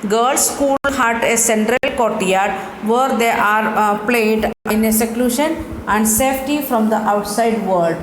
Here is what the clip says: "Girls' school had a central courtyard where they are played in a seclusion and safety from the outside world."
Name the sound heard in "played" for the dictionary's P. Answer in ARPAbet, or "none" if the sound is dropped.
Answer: P